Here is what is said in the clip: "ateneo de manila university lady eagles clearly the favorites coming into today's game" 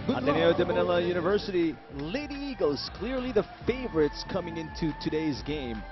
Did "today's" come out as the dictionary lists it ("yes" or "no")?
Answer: yes